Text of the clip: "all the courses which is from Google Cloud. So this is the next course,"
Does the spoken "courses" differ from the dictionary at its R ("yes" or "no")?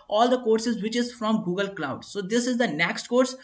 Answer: no